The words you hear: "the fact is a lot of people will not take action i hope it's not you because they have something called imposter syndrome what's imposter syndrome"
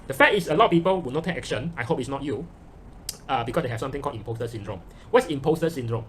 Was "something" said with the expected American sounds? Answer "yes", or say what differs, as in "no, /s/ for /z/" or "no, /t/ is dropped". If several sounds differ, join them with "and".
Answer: no, /t/ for /θ/